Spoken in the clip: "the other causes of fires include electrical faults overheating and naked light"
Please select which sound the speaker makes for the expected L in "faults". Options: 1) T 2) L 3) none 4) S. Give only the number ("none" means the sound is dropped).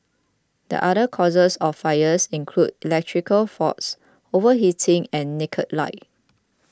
3